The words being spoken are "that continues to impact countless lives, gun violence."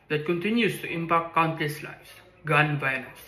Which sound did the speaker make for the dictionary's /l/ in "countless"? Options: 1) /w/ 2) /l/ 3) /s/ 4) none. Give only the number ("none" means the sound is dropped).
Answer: 4